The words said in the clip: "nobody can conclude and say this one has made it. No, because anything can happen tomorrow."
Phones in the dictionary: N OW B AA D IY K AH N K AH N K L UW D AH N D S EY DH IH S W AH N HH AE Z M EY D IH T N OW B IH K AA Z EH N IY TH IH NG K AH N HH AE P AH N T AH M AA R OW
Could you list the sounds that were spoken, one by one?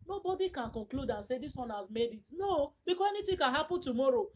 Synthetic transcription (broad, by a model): N OW B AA D IY K AH N K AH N K L UW D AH N S EY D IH S W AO N HH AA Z M EY D IH T N OW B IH K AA EH N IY T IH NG K AH N HH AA P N T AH M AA R OW